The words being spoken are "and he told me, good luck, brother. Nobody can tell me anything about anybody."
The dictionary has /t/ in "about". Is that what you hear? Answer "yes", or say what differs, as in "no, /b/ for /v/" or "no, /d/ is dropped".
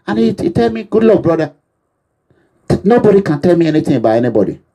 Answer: no, /t/ is dropped